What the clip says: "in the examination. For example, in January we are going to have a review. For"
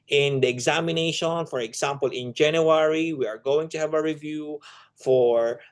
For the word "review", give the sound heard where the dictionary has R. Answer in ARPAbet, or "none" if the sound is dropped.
R